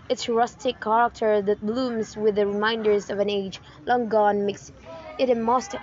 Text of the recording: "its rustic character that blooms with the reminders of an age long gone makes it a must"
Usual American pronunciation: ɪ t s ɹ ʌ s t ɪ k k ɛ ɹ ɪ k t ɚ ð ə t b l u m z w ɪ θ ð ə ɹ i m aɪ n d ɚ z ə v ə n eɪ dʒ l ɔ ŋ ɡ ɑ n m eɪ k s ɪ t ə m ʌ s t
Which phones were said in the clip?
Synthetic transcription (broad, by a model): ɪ t s ɹ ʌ s t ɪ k k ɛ ɹ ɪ k t ɚ ð ə t b l u m z w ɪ ð ə ɹ i m aɪ n d ɚ z ə v ə n eɪ dʒ l ɔ ŋ ɡ ɑ n m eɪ k s ɪ t ə m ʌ s t